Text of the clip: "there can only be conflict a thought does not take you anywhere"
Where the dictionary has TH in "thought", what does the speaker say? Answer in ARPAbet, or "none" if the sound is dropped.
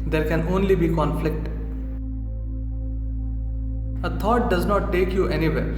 T